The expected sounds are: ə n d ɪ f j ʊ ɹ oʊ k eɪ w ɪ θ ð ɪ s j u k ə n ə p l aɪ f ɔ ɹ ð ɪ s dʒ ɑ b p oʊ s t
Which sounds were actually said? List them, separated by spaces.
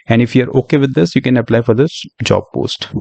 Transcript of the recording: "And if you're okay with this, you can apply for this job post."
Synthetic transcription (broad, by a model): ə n d ɪ f j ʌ ɹ oʊ k eɪ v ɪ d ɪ s j u k ə n ə p l aɪ f ɔ ɹ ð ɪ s dʒ ɑ b p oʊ s t